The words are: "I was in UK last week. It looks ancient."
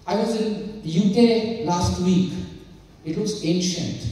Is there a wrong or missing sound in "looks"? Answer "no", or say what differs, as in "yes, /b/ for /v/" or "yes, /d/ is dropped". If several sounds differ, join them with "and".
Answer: yes, /w/ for /l/